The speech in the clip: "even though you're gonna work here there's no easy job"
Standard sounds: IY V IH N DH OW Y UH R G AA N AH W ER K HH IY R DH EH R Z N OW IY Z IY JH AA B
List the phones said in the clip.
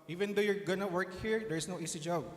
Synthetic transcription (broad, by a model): IY V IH N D OW Y UH R G AA N AH W ER K HH IY R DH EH R S N OW IY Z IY JH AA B